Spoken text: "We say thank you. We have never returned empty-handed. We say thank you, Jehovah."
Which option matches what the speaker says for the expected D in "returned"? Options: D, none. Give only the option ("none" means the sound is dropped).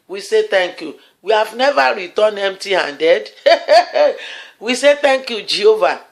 none